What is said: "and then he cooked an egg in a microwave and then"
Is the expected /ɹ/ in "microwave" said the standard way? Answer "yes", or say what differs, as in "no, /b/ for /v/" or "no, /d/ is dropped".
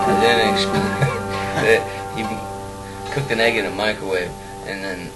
no, /ɹ/ is dropped